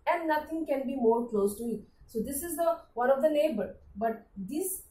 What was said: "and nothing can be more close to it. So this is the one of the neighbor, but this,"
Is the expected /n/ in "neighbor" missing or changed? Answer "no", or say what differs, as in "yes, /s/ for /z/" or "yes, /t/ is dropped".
yes, /l/ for /n/